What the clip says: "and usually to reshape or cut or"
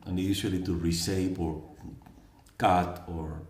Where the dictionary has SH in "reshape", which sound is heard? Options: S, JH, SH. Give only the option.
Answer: S